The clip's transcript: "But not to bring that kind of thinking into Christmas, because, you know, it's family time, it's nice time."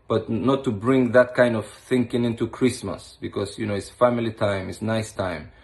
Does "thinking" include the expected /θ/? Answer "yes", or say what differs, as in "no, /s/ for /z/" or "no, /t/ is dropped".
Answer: yes